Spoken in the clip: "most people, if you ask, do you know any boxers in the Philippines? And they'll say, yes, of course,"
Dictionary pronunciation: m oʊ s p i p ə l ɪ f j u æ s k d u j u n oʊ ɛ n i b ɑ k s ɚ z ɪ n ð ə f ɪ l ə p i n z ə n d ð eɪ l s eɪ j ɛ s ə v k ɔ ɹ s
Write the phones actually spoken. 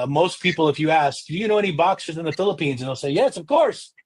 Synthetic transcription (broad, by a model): m oʊ s p i p l ɪ f j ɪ æ s k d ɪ j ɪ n oʊ ɛ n i b ɑ k s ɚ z ɪ n ð ə f ɪ l ə p i n z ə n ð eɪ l s eɪ j ɛ s ə v k ɔ ɹ s